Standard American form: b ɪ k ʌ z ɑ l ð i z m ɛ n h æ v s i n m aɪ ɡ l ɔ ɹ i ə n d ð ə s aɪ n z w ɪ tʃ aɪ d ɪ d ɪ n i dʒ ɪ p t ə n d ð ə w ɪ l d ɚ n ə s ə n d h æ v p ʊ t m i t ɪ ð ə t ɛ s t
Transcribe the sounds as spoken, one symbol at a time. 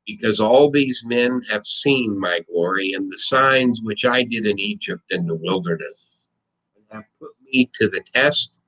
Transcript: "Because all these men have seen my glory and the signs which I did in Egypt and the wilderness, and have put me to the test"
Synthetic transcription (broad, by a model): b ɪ k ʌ z ɑ l ð i z m ɛ n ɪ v s i n m aɪ ɡ l ɔ ɹ i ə n ð ə s aɪ n z w ɪ tʃ aɪ d ɪ d ɪ n i dʒ ɪ p t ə n ð ə w ɪ l d ɚ n ə s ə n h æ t p ʊ t m i t ɪ ð ə t ɛ s t